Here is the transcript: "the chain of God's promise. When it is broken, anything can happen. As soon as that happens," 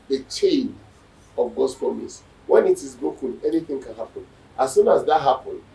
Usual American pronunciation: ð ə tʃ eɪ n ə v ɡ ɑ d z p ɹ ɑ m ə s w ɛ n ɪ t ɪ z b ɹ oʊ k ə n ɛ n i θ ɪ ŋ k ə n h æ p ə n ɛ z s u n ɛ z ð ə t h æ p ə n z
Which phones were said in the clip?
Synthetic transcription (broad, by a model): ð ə tʃ eɪ n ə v ɡ ɑ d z p ɹ ɑ m ə s w ɛ n ɪ t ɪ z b oʊ k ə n ɛ n i θ ɪ ŋ k ə n h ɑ p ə n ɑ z s u n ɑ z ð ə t h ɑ p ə n